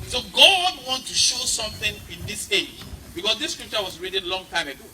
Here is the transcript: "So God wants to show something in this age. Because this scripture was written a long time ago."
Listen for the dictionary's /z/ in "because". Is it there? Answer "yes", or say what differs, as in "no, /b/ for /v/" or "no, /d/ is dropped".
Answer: no, /s/ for /z/